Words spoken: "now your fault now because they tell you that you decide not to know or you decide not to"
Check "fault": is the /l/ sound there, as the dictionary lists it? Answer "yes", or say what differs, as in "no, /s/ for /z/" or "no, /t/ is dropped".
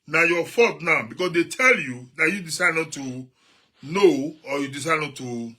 no, /l/ is dropped